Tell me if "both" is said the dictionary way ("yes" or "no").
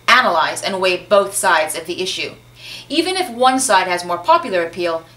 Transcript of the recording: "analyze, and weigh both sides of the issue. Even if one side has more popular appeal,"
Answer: yes